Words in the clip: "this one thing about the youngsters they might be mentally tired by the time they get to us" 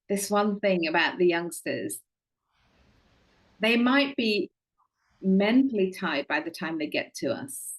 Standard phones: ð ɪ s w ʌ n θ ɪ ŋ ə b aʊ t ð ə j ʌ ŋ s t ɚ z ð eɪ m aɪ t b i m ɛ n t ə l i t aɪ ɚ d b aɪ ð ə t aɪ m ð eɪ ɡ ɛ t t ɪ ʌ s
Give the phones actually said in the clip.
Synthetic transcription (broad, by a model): ð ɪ s w ʌ n θ ɪ ŋ ə b aʊ t ð ə j ʌ ŋ s t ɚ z ð eɪ m aɪ t b i m ɛ n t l i t aɪ d b aɪ ð ə t aɪ m ð eɪ ɡ ɛ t t ɪ ʌ s